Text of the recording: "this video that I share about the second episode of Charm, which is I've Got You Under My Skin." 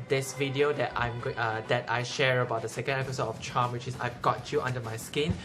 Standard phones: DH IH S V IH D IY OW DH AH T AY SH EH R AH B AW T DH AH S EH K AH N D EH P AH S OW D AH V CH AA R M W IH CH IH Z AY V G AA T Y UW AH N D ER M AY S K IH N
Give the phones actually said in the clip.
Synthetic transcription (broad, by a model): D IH S V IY D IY OW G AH T AY SH EH R AH B AW T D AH S EH K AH N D EH P AH S OW D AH F CH AA M W IH CH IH S AY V G AA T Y UW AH N D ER M AY S K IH N